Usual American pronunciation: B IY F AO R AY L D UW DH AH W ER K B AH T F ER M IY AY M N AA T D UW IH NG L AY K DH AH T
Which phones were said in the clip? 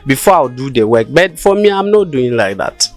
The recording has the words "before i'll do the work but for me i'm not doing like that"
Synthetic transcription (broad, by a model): B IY F AO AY W D UW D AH W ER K B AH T F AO M IY AY M N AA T D UW IH NG L AY K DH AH T